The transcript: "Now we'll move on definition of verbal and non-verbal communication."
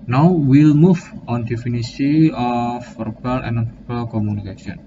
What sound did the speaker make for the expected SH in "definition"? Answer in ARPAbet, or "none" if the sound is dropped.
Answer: S